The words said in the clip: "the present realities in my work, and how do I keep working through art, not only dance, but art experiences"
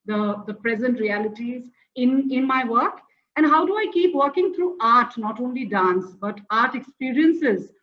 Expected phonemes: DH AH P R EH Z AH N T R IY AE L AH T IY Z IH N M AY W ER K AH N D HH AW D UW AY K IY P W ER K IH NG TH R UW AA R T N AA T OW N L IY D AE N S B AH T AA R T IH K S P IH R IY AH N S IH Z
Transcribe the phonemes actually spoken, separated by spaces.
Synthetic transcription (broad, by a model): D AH P R EH Z AH N T R IY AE L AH T IY Z IH N M AY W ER K AH N D HH AW D UW AY K IY P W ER K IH NG T R UW AA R T N AA T OW N L IY D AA N S B AH T AA R T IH K S P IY R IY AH N S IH Z